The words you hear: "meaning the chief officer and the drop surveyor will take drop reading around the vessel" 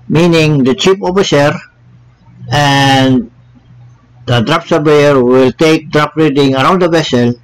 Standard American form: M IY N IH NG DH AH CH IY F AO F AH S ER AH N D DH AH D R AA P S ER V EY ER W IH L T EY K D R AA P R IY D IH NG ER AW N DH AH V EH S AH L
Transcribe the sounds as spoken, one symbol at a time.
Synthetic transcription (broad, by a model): M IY N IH NG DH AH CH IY P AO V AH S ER AH N D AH D R AA P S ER B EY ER W IH L T EY K D R AA P R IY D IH NG ER AW N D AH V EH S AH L